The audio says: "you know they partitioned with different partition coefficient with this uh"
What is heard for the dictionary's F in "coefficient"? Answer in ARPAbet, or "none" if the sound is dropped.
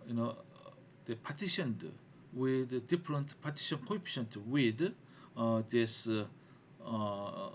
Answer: P